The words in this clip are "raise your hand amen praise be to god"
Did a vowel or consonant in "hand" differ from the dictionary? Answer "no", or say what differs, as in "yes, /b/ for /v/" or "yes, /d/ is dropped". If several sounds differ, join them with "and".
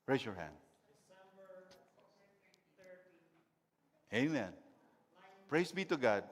no